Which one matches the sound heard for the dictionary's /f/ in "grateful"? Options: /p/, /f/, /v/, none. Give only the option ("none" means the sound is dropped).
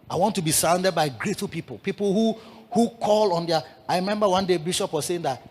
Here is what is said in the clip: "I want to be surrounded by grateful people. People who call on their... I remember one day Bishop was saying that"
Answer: /p/